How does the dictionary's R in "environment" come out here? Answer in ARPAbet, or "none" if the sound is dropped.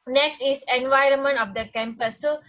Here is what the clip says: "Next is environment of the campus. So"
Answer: R